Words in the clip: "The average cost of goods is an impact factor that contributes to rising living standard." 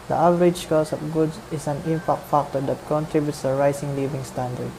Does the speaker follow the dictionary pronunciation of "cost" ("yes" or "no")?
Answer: no